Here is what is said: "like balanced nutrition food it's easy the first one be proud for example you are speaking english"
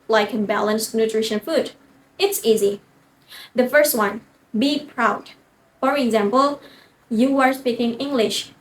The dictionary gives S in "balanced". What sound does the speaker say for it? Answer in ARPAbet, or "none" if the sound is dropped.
S